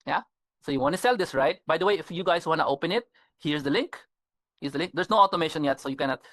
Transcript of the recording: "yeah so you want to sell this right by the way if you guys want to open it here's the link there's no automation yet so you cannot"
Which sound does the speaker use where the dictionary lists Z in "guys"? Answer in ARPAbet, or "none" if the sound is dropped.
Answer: S